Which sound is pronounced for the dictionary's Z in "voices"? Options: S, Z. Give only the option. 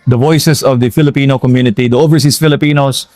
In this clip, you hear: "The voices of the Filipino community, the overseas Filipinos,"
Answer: S